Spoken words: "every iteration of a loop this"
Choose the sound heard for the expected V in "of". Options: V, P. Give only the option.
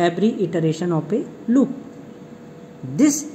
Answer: P